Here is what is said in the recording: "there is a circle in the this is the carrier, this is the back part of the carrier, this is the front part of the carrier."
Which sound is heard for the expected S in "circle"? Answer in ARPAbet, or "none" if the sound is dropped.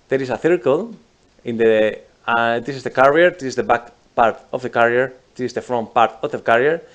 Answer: TH